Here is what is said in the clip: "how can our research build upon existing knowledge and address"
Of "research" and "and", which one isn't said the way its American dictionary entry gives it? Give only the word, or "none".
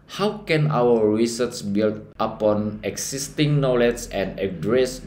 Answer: research